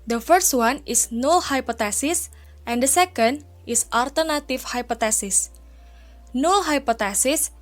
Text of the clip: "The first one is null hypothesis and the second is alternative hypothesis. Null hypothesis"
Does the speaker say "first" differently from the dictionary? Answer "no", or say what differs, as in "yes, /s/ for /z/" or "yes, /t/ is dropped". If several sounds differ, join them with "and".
no